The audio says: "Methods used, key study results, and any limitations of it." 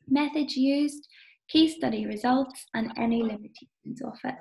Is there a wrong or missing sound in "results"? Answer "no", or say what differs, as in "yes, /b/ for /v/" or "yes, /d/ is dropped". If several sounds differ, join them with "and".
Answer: no